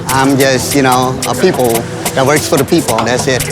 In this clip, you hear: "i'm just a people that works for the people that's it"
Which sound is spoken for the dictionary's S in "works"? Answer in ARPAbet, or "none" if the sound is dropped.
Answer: S